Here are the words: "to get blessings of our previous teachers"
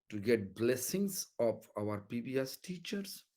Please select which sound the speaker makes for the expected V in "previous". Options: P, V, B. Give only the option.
B